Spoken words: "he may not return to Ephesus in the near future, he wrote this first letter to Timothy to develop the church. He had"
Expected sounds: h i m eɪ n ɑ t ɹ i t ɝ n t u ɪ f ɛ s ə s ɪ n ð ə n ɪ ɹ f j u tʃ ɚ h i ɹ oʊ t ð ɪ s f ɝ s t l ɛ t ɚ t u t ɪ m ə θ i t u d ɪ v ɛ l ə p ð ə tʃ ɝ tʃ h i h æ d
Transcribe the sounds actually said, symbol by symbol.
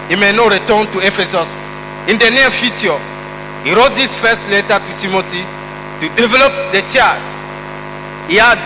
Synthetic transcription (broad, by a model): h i m eɪ n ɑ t ɹ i t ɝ n t u ɪ f ɛ s ə s ɪ n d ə n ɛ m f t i ɔ h i ɹ oʊ t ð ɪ s f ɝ s t l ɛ t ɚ t u t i m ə t i t u d ɪ v ɛ l ə p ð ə tʃ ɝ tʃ h i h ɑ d